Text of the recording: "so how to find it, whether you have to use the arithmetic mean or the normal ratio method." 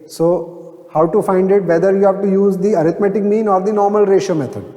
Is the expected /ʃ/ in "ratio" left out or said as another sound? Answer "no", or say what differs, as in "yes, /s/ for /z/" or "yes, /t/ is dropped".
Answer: no